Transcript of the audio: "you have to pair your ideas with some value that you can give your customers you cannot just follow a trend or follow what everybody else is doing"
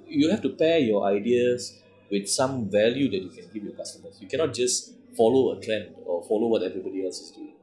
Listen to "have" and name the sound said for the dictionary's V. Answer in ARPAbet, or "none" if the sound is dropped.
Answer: F